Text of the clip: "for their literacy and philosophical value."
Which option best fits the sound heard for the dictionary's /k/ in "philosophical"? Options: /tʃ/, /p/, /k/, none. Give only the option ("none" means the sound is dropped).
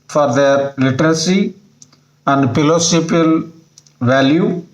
none